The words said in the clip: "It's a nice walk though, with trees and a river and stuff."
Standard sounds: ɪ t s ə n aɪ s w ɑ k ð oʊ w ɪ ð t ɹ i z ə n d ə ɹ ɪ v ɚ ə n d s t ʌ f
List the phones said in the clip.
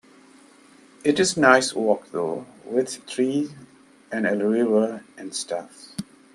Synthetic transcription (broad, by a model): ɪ t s n aɪ s w ɑ k ð oʊ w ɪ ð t ɹ i ə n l ə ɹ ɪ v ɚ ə n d s t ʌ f